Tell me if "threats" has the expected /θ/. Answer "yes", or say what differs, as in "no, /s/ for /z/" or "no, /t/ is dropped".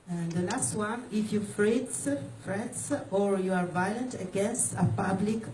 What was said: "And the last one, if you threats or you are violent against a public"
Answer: no, /f/ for /θ/